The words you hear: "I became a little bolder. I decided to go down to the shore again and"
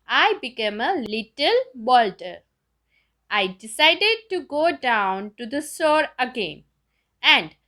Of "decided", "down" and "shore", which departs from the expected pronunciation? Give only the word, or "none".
shore